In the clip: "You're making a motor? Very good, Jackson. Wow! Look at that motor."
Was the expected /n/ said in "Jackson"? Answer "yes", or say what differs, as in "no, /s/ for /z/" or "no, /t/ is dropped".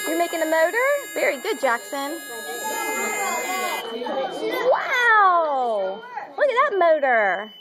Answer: yes